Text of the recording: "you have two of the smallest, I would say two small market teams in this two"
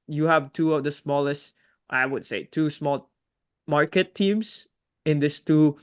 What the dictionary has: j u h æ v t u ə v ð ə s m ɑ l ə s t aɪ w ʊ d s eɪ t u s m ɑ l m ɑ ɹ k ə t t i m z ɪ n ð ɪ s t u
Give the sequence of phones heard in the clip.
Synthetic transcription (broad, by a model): j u h æ v t u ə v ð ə s m ɑ l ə s t aɪ w ʊ d s eɪ t u s m ɑ l m ɑ ɹ k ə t t i m s ɪ n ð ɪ s t u